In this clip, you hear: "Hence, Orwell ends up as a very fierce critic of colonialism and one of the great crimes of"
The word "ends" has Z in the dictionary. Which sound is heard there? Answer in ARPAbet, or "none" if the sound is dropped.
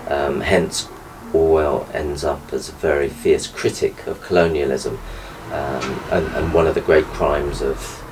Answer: Z